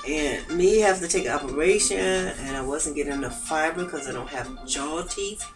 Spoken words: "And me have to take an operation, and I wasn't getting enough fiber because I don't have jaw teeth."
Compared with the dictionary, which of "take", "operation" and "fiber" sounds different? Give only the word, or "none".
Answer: take